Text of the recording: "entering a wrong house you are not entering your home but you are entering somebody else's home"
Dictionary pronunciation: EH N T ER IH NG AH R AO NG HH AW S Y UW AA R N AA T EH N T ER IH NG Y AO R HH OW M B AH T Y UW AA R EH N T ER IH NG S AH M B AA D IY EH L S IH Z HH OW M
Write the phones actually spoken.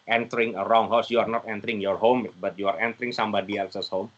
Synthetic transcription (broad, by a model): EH N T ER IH NG AH R AO NG HH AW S Y UW AA R N AA T EH N T ER IH NG Y AO R HH OW M B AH T Y UW AA R EH N T ER IH NG S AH M B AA D IY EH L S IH S HH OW M